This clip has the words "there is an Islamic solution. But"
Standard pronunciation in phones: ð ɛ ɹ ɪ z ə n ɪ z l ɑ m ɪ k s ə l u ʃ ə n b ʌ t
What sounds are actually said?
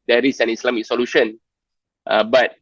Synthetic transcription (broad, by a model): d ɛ ɹ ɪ s ə n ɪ s l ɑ m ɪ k s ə l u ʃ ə n b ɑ t